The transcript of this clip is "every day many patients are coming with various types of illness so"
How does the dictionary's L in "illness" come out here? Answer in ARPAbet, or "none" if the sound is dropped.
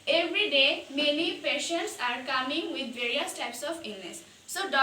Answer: N